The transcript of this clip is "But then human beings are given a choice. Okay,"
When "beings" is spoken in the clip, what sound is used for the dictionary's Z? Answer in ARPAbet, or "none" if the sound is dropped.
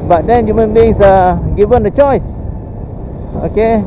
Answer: S